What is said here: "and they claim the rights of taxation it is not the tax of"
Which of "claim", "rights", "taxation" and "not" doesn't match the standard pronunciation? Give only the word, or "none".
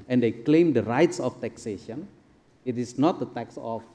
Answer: none